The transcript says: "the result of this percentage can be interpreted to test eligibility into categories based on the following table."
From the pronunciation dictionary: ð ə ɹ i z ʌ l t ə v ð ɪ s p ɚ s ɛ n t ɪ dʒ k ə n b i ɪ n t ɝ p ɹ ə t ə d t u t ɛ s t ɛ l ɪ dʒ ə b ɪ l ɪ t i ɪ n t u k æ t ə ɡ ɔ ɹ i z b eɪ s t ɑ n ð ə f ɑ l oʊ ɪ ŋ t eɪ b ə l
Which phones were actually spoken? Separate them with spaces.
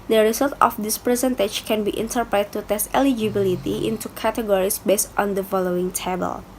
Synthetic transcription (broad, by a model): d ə ɹ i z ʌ l t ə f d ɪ s p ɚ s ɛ n t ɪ tʃ k ə n b i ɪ n t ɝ p ɹ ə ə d t u t ɛ s t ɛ l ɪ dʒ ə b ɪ l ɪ t i ɪ n t u k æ t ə ɡ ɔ ɹ i s b eɪ s t ɑ n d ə f ɑ l oʊ ɪ ŋ t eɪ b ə l